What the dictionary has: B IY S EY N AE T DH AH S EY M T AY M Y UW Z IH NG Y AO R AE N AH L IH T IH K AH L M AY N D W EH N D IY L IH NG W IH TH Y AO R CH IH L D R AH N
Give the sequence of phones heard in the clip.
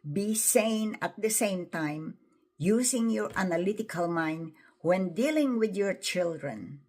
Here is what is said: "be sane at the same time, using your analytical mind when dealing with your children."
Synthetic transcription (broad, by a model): B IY S EY N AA T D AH S EY M T AY M Y UW S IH NG Y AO R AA N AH L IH T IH K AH L M AY N D W EH N D IY L IH NG W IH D Y AO R CH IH L D R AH N